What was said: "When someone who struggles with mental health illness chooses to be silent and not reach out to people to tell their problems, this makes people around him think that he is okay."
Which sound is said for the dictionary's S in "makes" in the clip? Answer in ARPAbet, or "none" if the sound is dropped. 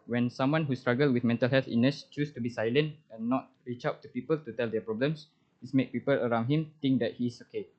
none